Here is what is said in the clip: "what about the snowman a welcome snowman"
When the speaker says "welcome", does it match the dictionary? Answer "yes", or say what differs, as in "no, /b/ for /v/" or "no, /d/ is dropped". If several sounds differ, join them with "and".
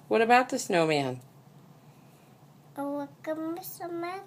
no, /l/ is dropped